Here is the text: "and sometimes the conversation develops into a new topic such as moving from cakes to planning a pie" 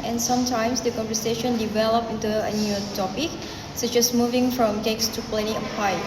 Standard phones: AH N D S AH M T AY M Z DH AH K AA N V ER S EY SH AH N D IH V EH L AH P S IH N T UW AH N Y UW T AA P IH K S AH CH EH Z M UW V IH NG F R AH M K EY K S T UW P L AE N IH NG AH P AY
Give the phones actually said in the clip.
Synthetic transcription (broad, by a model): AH N S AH M T AY M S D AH K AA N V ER S EY SH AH N D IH V EH L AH P IH N T UW AH N Y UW T AA P IH K S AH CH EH S M UW V IH NG F R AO M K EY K S T UW P L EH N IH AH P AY